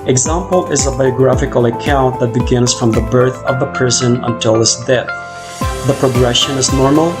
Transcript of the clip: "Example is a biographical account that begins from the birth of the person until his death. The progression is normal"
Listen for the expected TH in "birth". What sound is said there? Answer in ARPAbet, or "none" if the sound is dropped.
TH